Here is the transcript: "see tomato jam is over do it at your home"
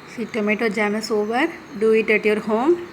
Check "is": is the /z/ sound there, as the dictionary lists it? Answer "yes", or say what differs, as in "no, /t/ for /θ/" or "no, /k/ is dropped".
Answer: no, /s/ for /z/